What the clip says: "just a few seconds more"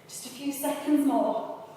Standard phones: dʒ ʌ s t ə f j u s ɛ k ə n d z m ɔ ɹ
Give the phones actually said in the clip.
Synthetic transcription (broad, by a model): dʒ ʌ s t ə f j u s ɛ k ə n d z m ɔ